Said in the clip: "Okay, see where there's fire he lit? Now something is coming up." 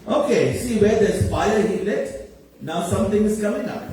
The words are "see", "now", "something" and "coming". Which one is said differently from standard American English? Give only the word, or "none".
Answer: something